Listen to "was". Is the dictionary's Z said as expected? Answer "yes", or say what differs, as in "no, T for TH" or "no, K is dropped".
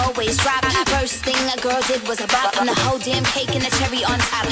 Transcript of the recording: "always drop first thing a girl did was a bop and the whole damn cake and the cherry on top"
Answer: yes